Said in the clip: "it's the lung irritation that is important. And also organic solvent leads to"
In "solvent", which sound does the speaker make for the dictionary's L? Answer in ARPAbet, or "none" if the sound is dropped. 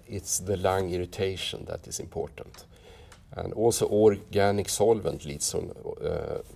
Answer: L